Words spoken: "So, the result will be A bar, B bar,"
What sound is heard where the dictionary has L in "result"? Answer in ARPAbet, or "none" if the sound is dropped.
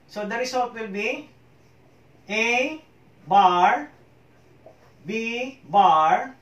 W